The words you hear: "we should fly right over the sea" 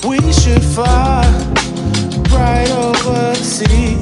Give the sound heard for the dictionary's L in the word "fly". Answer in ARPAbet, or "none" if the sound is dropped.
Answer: none